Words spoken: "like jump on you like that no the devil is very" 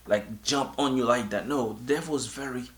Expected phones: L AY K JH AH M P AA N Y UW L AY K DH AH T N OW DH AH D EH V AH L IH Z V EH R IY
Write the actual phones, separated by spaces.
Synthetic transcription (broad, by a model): L AY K JH AH M P AA N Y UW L AY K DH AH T N OW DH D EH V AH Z V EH R IY